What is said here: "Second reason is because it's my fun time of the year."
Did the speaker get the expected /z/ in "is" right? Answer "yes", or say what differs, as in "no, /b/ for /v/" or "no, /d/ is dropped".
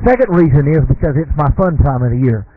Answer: yes